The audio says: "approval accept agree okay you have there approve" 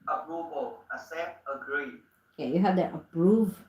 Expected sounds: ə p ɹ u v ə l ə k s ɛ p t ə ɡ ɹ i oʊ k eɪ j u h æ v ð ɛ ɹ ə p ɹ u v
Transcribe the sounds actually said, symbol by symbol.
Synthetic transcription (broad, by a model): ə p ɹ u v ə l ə s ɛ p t ə ɡ ɹ i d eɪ j u h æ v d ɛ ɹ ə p ɹ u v